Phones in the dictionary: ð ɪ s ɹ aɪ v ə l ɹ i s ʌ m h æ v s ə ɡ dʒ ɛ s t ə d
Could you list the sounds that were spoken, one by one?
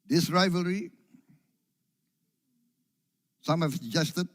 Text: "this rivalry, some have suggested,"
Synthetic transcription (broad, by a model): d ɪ s ɹ aɪ v ə l ɹ i s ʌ m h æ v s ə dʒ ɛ s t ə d